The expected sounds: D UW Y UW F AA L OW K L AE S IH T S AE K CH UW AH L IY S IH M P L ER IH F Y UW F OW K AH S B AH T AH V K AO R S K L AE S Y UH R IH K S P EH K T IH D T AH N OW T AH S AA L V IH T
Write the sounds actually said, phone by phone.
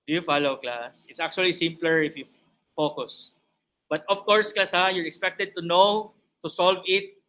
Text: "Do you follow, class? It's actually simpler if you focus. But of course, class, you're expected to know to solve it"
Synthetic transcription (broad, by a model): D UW Y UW F AA L OW K L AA S IH T S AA K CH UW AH L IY S IH M P L ER IH F Y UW F OW K AH S B AH T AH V K AO R S K L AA S Y UH R IH K S P EH K T IH D T AH N OW T AH S AA L V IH T